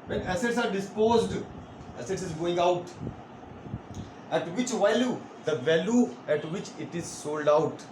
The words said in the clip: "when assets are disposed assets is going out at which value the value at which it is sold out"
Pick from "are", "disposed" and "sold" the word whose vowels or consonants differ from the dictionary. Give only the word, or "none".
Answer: none